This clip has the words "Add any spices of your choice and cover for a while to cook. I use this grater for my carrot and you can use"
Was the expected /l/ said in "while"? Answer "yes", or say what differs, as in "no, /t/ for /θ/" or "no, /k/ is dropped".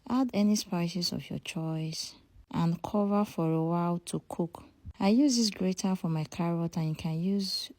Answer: yes